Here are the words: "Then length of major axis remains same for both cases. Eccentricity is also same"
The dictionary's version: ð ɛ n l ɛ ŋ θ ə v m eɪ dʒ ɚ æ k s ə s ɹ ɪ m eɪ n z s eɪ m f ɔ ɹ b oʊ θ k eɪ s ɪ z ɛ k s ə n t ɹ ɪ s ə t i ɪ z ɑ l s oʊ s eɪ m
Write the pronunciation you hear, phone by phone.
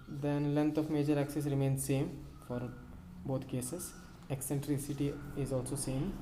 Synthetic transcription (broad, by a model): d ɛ n l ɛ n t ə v m eɪ dʒ ɚ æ k s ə s ɹ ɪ m eɪ n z s eɪ m f ɔ ɹ b oʊ t k eɪ s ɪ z ɛ k s ə n t ɹ ɪ s ə t i ɪ z ɑ l s oʊ s eɪ m